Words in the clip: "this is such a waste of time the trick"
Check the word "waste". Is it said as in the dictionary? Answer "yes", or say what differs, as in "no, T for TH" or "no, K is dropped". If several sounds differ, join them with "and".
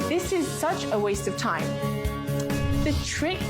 yes